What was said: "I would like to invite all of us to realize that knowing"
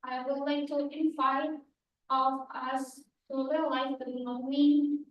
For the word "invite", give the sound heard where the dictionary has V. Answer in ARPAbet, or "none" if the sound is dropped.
F